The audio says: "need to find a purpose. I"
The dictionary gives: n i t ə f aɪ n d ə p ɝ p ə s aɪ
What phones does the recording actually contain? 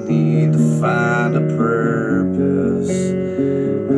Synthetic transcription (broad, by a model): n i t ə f aɪ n ə p ɝ p ə s